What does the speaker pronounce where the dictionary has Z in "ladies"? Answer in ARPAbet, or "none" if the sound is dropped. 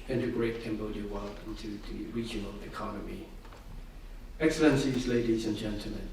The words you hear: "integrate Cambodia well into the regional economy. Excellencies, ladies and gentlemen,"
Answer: Z